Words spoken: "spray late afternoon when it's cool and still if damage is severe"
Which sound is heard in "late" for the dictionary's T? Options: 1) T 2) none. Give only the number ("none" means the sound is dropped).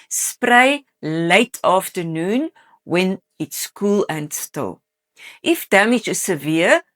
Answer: 1